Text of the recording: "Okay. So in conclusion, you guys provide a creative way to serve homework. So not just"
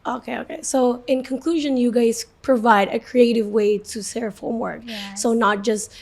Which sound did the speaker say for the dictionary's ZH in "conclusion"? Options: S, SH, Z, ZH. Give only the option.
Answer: ZH